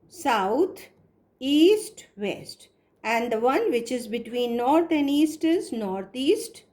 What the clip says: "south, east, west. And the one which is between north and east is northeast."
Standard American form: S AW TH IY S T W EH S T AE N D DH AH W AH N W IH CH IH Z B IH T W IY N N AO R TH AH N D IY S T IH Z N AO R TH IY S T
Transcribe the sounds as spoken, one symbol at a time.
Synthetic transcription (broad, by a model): S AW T IY S T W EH S T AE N D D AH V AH N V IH CH IH Z B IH T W IY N N AO R T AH N IY S T IH Z N AO R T IY S T